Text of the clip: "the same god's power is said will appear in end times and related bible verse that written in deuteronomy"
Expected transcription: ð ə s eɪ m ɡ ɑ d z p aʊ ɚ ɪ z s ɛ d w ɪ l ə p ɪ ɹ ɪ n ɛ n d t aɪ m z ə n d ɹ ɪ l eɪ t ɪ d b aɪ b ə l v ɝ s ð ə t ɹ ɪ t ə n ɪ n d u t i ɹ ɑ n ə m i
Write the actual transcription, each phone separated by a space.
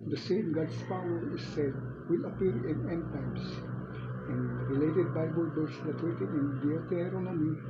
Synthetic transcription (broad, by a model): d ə s eɪ m ɡ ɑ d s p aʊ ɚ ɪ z s ɛ d w ɪ l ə p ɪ ɹ ɪ n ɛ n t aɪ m s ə n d ɹ ɪ l eɪ t ɪ d b aɪ b ə l b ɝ s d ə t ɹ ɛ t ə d ɪ n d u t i ɹ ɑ n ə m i